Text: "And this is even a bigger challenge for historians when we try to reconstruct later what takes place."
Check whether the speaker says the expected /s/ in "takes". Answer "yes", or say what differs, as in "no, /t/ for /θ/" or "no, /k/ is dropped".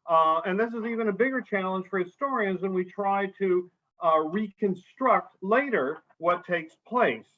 yes